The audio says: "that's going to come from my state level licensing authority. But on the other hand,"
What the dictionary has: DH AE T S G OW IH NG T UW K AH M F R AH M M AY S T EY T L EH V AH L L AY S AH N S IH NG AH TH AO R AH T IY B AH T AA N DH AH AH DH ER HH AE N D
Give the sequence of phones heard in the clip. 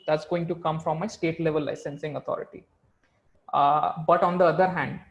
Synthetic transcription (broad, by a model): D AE T S G OW IH NG T UW K AH M F R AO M M AY S T EY T L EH V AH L L AY S AH N S IH NG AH T AO R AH T IY B AH T AA N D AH AH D ER HH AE N D